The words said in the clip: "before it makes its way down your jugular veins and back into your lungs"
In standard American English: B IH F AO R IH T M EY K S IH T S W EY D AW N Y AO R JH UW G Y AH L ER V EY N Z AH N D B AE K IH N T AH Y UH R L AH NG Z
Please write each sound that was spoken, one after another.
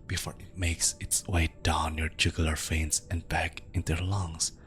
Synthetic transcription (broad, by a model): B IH F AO R IH T M EY K S IH T S W EY D AW N Y AO R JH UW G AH L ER F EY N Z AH N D B AE K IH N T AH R L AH NG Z